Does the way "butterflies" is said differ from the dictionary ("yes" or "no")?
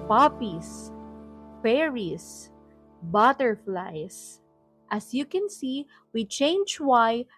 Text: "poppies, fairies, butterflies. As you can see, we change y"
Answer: yes